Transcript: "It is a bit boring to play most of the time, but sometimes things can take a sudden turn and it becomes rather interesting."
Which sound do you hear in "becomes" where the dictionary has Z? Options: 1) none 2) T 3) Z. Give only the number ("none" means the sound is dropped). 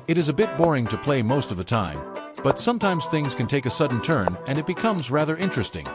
3